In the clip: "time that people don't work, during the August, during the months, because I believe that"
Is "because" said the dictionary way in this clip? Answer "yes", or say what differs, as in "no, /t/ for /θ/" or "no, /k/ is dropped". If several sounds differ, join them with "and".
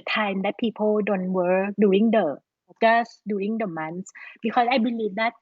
no, /z/ is dropped